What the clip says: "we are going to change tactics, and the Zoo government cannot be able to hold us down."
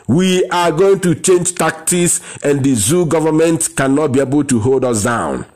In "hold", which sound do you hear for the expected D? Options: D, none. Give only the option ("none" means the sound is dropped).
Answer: D